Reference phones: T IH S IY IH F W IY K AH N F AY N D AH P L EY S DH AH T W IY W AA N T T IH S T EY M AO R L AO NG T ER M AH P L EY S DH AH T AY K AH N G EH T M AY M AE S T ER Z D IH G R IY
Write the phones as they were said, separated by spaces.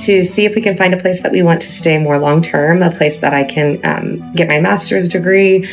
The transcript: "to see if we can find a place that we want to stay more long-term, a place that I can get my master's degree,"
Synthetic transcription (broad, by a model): T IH S IY IH F W IY K AH N F AY N D AH P L EY S DH AH T W IY W AA N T T IH S T EY M AO R L AO NG T ER M AH P L EY S DH AH T AY K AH N G EH T M AY M AE S T ER Z D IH G R IY